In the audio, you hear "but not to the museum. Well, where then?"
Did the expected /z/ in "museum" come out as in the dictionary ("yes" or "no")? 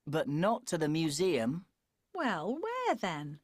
yes